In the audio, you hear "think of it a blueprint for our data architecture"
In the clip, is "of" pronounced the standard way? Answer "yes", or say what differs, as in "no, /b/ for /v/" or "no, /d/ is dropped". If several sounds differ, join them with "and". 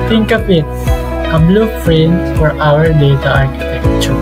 no, /p/ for /v/